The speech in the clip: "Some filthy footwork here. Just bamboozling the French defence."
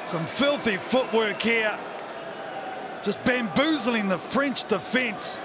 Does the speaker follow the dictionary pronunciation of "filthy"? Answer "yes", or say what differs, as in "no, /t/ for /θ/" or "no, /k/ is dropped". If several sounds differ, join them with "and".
yes